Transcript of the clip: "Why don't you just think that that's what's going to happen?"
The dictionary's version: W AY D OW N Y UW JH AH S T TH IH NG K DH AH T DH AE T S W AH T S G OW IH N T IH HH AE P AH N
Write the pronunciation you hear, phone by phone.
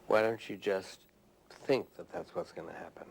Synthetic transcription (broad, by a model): W AY D OW N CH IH JH AH S T TH IH NG K DH AH T DH AE T S W AH T S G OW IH N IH HH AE P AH N